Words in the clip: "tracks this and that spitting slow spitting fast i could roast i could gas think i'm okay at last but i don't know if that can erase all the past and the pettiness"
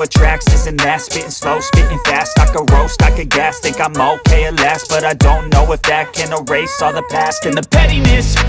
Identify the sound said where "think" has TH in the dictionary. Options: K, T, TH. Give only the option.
T